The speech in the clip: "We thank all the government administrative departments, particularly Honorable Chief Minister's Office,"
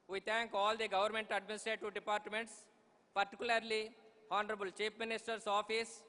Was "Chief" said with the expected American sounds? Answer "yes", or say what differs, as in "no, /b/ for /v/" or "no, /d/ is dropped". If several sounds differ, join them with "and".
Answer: no, /p/ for /f/